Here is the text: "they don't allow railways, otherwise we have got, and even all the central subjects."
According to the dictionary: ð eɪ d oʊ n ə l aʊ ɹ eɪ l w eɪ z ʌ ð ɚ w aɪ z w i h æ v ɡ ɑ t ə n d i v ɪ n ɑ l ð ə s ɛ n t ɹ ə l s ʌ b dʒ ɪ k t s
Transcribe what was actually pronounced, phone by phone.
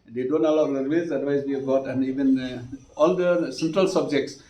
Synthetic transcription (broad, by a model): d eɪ d oʊ n ə l aʊ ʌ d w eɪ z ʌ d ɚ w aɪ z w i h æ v ɡ ɑ t ə n d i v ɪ n ɑ l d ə s ɛ n t ɹ ə l s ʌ b dʒ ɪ k t s